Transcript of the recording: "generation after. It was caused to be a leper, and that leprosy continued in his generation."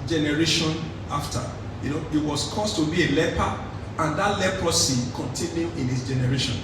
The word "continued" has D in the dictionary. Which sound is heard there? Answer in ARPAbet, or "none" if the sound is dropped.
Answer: none